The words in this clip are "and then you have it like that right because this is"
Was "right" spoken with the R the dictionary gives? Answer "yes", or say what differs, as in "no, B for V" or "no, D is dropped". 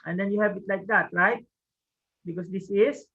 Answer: no, L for R